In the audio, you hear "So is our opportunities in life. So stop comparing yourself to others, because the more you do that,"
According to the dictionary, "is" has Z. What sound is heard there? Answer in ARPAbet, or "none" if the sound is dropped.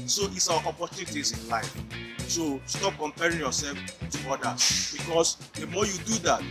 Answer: S